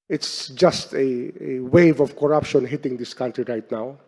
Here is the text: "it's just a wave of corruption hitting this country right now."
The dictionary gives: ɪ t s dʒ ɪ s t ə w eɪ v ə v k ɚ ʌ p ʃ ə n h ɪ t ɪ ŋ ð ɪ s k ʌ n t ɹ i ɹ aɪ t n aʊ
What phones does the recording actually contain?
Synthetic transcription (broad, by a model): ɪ t s dʒ ɪ s t ə w eɪ v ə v k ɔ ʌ p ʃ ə n h ɪ t ɪ ŋ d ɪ s k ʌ n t ɹ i ɹ aɪ t n aʊ